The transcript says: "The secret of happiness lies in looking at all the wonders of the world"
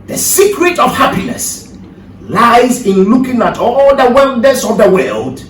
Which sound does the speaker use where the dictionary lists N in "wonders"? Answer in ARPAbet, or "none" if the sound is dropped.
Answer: L